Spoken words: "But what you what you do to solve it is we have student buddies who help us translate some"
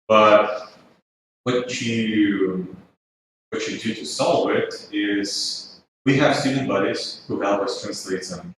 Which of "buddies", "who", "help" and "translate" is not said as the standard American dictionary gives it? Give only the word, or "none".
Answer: help